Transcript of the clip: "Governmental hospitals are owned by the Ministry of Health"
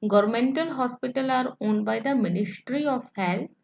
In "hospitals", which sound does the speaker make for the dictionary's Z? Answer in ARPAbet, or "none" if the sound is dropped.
none